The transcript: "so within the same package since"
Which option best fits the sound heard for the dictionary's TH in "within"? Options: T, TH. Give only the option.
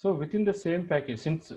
T